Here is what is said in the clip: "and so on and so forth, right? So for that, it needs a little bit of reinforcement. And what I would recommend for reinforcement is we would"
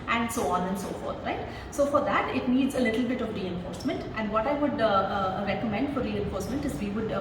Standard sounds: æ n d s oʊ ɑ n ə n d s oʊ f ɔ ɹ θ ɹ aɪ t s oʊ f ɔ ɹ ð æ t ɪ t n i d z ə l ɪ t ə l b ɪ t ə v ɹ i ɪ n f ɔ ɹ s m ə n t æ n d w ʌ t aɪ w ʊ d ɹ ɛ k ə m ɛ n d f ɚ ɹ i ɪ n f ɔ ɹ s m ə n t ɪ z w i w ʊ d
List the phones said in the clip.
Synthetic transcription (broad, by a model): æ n d s oʊ ɑ n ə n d s oʊ f ɔ ɹ t ɹ aɪ t s oʊ f ɔ ɹ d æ t ɪ t n i d z ə l ɪ t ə l b ɪ t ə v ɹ i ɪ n f ɔ ɹ s m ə n t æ n d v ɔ t aɪ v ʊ d ɹ ɛ k ə m ɛ n d f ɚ ɹ i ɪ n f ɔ ɹ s m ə n t ɪ z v i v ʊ d